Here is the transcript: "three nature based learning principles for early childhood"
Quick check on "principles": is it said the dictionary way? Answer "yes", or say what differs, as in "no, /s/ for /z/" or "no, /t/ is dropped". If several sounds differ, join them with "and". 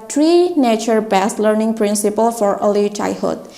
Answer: no, /z/ is dropped